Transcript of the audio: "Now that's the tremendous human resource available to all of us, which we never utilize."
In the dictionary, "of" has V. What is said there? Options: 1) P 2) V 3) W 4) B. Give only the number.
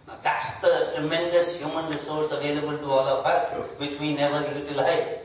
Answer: 1